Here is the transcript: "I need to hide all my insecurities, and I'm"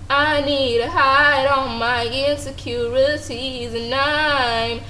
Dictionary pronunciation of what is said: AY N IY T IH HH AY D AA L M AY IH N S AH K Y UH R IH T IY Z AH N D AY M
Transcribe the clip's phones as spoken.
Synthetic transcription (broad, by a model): AY N IY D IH HH AY D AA N M AY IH N S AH K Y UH R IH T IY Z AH N AY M